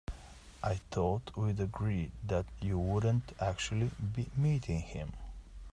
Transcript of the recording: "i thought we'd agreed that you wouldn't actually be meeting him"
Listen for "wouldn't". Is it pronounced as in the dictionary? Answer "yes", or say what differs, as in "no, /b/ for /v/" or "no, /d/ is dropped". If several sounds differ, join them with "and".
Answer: yes